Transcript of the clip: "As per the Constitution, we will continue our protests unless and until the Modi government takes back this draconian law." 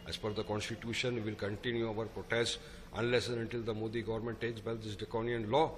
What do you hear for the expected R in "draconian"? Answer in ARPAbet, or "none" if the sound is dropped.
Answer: none